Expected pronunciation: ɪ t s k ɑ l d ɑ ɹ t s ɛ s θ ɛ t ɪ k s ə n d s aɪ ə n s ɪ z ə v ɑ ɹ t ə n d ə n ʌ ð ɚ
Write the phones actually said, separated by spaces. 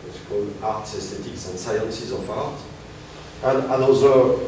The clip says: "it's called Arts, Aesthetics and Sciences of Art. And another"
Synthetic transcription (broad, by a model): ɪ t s k ɑ l d ɑ ɹ t s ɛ s t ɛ t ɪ k s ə n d s aɪ ə n s ɪ z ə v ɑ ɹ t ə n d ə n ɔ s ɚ